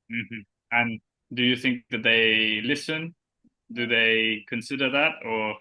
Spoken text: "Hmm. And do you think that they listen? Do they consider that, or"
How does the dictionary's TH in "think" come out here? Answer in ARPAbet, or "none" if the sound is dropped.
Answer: TH